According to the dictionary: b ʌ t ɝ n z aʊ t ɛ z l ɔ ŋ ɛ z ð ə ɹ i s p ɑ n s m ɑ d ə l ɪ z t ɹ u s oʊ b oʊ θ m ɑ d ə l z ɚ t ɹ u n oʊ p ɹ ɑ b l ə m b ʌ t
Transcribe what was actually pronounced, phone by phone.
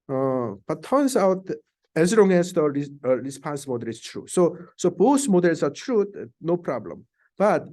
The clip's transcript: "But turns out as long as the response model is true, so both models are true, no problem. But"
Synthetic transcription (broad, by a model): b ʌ t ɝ n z aʊ t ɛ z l ɔ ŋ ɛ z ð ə ɹ i s p ɑ n s m ɑ d ə l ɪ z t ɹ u s oʊ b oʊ s m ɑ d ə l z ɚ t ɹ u n oʊ p ɹ ɑ b l ə m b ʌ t